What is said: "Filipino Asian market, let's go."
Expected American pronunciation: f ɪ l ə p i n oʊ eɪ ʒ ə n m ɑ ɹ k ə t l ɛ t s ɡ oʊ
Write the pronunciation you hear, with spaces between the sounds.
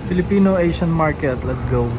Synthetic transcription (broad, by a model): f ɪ l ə p i n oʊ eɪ ʃ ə n m ɑ ɹ k ə t l ɛ t s ɡ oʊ